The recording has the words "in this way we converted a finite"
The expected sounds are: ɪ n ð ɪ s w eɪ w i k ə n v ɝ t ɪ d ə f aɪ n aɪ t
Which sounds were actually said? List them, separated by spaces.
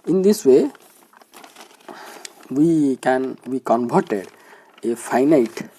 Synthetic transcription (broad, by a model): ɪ n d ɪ s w eɪ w i k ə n b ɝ t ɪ d ə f aɪ n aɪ t